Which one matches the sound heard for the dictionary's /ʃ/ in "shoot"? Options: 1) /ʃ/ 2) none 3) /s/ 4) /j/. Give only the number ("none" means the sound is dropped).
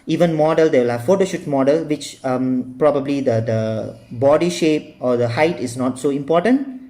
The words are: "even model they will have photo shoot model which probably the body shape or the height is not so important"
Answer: 1